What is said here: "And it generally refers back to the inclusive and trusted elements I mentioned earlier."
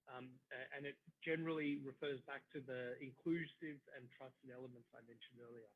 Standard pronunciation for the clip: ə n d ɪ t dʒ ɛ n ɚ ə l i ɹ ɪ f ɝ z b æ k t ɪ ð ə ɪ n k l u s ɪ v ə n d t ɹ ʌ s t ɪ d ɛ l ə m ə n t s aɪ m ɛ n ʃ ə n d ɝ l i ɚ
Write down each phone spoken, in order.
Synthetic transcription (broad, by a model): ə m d ɪ t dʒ ɛ n ɚ l i ɹ ɪ f ɝ z b æ k t ɪ ð ə ɪ n k l u s ɪ v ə n t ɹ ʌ s t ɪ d ɛ l ə m ə n t s aɪ m ɛ n ʃ ə n d ɝ l i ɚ